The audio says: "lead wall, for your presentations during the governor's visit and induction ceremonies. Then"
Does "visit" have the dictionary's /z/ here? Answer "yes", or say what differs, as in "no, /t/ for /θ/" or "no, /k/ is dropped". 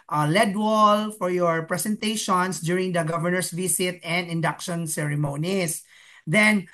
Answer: no, /s/ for /z/